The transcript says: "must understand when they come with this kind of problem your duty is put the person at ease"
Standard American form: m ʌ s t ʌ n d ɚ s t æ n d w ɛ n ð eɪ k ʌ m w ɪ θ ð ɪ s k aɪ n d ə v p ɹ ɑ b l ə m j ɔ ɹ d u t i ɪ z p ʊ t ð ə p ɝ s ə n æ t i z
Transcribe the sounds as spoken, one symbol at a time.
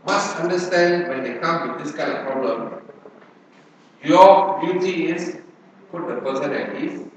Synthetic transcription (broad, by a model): m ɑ s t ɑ n d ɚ s t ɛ n d w ɛ n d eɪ k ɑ m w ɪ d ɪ s k aɪ n d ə f p ɹ ɑ b l ə m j ɔ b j u t i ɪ s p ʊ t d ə p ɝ s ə n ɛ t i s